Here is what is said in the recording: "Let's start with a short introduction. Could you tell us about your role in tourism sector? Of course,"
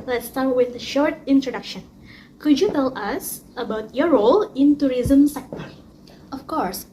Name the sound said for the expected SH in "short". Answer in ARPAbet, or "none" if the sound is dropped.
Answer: SH